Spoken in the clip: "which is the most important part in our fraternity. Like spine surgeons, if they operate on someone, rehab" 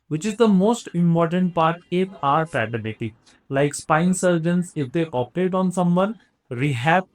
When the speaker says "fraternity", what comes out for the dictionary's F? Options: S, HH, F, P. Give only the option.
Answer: P